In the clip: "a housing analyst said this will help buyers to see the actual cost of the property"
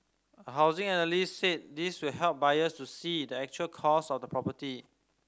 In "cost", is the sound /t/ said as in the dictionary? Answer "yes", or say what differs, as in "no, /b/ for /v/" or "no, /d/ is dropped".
no, /t/ is dropped